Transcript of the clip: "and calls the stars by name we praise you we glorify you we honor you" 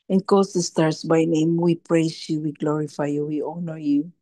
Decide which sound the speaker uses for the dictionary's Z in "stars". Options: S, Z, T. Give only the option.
S